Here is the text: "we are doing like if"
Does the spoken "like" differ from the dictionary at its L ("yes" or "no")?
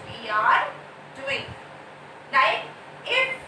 yes